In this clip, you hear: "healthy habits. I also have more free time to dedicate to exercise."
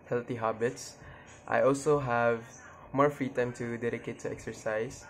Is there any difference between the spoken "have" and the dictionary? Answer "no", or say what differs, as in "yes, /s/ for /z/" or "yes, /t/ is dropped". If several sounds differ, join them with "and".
no